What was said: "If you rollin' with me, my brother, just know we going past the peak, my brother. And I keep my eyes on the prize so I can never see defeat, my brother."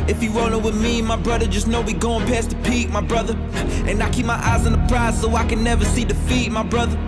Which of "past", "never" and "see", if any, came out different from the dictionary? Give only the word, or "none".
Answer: none